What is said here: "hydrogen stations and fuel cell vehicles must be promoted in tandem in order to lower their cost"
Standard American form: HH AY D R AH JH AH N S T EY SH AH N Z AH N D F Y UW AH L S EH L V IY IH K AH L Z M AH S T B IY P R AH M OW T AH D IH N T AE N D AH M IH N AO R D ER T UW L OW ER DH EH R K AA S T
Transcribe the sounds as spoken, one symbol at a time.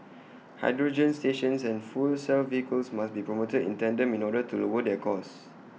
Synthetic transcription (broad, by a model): HH AY D R AH JH AH N S T EY SH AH N S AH N F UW L S EH L V IY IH K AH L S M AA S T B IY P R AH M OW T AH D IH N T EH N D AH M IH N AO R D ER T UW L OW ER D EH K AA S